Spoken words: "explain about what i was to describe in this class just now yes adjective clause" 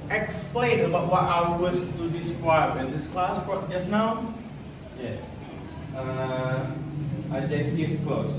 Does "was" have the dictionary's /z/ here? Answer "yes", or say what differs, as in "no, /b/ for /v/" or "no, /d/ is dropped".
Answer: no, /s/ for /z/